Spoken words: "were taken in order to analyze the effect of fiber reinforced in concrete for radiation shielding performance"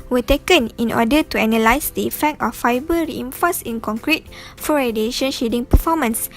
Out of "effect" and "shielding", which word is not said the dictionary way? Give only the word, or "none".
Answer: shielding